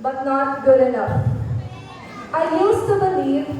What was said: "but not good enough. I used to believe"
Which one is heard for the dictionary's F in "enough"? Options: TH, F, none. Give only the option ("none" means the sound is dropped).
none